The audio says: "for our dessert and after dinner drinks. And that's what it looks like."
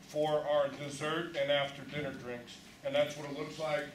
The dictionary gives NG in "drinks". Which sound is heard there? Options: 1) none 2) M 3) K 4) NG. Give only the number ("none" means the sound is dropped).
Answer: 4